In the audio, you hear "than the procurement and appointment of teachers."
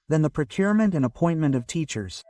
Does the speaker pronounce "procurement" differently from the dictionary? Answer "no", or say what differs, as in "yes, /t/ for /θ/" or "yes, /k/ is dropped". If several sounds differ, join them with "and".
no